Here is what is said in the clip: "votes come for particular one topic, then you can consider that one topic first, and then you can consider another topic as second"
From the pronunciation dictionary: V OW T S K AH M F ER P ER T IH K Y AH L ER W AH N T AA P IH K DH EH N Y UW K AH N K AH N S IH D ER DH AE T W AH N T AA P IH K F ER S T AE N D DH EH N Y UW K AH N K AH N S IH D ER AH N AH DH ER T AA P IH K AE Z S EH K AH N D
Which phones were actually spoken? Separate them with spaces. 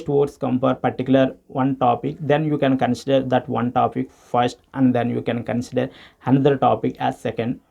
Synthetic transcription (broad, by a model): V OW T S K AH M P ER P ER T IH K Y L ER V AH N T AA P IH K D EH N Y UW K AH N K AH N S IH D ER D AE T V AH N T AA P IH K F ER S T AE N D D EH N Y UW K AH N K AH N S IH D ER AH N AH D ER T AA P IH K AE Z S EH K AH N D